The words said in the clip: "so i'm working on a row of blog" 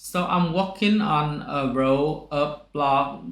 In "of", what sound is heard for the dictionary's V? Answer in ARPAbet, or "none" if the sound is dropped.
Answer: P